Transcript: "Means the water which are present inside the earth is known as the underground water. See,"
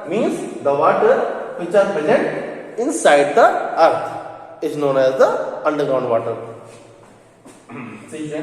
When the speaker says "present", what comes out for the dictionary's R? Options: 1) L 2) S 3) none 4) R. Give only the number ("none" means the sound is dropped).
3